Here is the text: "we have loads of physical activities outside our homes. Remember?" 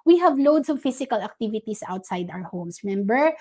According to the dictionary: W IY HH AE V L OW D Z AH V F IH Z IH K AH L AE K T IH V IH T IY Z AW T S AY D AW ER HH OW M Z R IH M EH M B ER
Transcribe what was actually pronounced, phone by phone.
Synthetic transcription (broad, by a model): W IY HH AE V L OW D S AH V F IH S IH K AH L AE K T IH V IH T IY S AW T S AY D AW ER HH OW M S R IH M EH M B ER